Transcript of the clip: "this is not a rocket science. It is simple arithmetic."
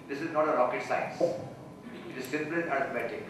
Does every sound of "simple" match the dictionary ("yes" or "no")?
no